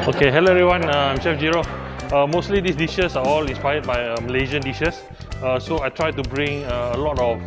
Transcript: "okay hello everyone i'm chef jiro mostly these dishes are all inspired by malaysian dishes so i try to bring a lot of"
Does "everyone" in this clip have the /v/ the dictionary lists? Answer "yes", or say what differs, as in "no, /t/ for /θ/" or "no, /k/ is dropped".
no, /v/ is dropped